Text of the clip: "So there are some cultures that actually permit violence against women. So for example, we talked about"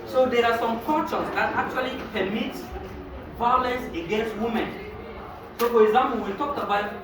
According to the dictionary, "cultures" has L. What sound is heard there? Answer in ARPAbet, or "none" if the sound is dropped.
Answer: none